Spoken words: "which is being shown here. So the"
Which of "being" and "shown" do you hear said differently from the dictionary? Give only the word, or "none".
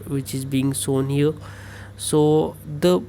shown